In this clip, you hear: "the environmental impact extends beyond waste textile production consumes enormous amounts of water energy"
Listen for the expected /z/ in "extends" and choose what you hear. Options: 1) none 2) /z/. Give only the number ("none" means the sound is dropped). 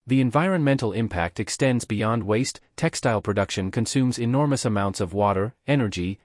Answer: 2